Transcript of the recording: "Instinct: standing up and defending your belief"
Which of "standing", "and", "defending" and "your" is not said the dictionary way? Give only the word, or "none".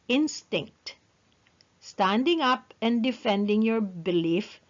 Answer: none